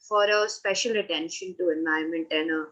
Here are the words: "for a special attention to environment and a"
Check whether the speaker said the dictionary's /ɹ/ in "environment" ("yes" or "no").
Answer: no